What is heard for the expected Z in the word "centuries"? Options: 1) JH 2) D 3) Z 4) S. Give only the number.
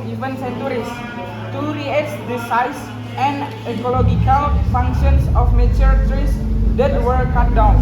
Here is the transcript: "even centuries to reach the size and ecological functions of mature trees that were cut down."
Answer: 4